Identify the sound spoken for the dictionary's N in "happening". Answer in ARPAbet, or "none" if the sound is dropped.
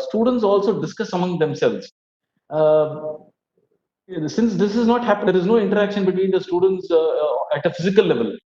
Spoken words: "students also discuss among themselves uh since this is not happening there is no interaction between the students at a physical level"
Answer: none